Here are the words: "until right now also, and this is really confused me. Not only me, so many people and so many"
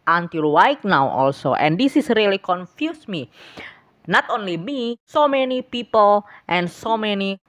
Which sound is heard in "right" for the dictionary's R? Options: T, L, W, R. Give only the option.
W